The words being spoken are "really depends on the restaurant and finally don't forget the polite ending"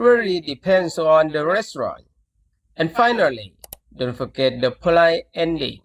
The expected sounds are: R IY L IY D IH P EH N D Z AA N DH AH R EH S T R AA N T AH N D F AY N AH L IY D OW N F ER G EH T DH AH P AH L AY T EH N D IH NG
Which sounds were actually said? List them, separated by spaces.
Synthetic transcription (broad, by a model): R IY L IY D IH P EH N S AA N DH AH R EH S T R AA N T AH N F AY N AH L IY D OW N F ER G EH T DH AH P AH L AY EH N D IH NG